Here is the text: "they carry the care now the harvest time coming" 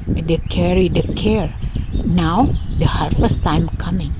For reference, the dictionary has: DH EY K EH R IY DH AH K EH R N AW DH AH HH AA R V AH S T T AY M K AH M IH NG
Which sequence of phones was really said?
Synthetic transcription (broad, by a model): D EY K EH R IY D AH K EH R N AW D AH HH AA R F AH S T T AY M K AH M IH NG